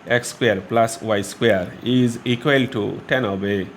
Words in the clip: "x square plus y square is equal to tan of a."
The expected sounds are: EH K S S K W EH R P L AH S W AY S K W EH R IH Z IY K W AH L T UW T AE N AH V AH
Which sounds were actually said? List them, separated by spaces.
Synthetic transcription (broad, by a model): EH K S S K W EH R P L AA S W AY S K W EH R IH Z IY K W AH L T UW T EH N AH B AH